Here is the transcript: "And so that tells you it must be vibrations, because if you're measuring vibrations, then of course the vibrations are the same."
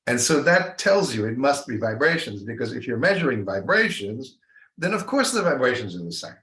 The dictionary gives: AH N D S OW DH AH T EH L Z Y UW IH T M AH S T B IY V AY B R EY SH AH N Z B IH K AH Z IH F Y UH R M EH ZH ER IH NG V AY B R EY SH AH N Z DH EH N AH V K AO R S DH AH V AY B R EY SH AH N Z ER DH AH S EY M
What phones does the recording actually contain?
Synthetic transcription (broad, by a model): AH N S OW DH AH T EH L Z Y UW IH T M AH S T B IY V AY B R EY SH AH N Z B IH K AH Z IH F Y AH R M EH ZH ER IH NG V AY B R EY SH AH N Z DH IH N AH V K AO R S DH AH V AY B R EY SH AH N Z ER DH AH S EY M